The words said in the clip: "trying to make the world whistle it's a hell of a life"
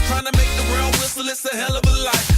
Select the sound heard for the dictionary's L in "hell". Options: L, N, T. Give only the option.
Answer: L